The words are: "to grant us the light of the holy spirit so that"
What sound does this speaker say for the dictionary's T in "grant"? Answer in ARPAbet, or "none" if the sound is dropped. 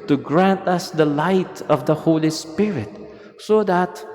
T